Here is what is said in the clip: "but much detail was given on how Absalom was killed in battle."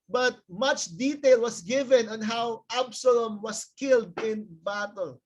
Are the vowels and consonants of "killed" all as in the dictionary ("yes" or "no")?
yes